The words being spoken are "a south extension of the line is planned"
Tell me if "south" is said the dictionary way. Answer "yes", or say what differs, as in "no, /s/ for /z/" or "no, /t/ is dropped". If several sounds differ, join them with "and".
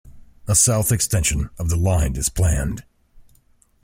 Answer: yes